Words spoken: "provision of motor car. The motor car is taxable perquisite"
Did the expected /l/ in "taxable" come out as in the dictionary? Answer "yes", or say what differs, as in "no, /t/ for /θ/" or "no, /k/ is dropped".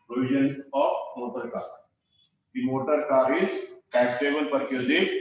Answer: no, /n/ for /l/